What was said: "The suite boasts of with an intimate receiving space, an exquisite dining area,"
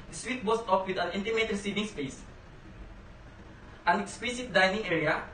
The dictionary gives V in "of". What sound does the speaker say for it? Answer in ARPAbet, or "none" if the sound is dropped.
P